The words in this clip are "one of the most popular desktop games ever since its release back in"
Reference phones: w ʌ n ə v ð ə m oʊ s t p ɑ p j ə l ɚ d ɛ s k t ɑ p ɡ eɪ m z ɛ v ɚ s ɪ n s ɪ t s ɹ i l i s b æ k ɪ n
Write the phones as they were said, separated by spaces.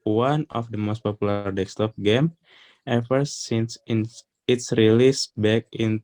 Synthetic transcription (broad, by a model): w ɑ n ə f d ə m oʊ s t p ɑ p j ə l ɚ d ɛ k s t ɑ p ɡ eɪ m ɛ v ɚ s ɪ n s ɪ t s ɹ i l i s b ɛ k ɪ n